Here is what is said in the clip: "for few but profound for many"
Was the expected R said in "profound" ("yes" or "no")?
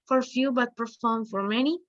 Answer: no